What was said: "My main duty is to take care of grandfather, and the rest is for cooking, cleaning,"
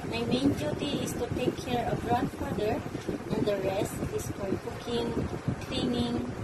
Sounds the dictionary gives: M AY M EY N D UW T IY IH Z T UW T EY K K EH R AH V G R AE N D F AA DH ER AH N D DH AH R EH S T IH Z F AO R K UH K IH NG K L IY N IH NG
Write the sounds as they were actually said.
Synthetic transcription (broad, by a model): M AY M EY N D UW T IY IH S T UW T EY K K EH R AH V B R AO D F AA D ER AH N D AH R EH S T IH S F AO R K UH K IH NG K L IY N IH NG